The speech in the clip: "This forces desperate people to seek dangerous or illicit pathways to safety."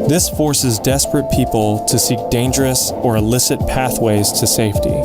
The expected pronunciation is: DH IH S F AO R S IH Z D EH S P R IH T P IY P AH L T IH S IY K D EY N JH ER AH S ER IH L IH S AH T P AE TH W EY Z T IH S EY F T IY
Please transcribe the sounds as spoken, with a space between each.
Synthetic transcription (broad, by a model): DH IH S F AO R S IH Z D EH S P R IH T P IY P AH L T IH S IY K D EY N JH ER AH S ER IH L IH S AH T P AE TH W EY Z T IH S EY F T IY